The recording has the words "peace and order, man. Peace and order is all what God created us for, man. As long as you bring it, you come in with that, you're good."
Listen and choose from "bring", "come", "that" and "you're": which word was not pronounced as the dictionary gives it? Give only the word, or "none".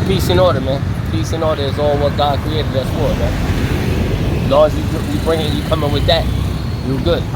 you're